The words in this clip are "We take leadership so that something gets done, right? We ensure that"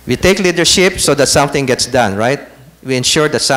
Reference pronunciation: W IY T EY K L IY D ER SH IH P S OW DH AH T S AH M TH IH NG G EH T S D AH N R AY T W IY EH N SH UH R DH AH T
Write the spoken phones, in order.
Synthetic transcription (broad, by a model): W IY T EY K L IY D ER SH IH P S OW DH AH T S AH M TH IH NG G EH T S D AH N R AY T W IY EH N SH UH R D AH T